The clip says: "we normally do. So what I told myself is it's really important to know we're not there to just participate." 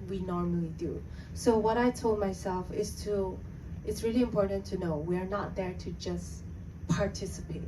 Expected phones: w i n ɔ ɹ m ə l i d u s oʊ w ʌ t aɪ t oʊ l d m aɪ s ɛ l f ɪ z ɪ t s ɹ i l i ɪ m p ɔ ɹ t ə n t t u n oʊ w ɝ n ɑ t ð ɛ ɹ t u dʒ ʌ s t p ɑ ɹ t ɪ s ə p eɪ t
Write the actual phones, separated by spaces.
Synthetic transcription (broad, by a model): w i n ɔ ɹ m ə l i d u s oʊ w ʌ t aɪ t oʊ l d m aɪ s ɛ l f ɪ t ɪ t s ɹ i l i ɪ m p ɔ ɹ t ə n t t u n oʊ w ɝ n ɑ t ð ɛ ɹ t u dʒ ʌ s p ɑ ɹ t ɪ s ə p eɪ t